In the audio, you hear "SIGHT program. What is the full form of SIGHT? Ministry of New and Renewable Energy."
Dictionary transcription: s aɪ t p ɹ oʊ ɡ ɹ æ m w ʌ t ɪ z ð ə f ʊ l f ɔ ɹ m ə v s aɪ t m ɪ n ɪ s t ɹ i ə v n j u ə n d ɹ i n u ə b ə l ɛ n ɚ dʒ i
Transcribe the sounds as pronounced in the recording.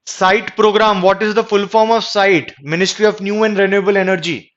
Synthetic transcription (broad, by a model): s aɪ t p ɹ oʊ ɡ ɹ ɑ m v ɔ t ɪ z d ə f ʊ l f ɔ ɹ m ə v s aɪ t m ɪ n ɪ s t ɹ i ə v n j u ə n d ɹ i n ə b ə l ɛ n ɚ dʒ i